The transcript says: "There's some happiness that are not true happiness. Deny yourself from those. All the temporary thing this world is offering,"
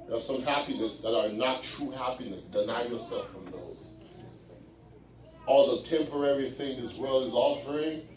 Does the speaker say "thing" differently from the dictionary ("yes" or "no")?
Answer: no